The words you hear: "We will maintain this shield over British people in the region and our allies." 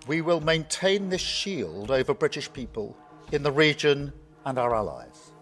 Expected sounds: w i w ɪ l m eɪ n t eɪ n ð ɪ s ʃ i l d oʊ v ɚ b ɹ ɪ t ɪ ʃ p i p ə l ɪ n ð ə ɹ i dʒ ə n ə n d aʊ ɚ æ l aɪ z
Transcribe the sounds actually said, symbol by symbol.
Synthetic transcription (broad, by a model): w i w ɪ l m eɪ n t eɪ n ð ɪ s ʃ i l d oʊ v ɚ b ɹ ɪ t ɪ ʃ p i p ə l ɪ n ð ə ɹ i dʒ ə n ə n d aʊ ɚ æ l aɪ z